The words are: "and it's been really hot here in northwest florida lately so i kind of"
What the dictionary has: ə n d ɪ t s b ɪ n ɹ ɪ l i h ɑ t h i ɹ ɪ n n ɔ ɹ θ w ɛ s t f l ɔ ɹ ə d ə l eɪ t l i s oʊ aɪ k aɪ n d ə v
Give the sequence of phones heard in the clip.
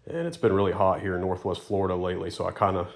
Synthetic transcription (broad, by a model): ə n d ɪ t s b ɪ n ɹ ɪ l i h ɑ t h i ɹ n n ɔ ɹ θ w ɛ s t f l ɔ ɹ ə d ə l eɪ t l i s oʊ aɪ k aɪ n d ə